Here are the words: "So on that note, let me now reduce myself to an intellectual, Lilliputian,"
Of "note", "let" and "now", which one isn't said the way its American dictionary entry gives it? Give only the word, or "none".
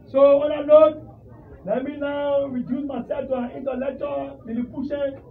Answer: note